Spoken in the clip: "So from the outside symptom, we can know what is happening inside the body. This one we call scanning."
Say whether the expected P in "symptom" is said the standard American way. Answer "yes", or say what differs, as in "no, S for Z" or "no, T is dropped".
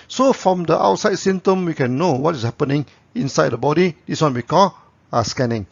no, P is dropped